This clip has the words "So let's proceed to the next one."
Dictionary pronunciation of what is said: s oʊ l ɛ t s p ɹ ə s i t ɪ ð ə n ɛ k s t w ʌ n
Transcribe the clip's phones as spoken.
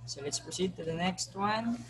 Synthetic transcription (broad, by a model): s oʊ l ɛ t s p ə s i t ɪ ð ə n ɛ k s t w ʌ n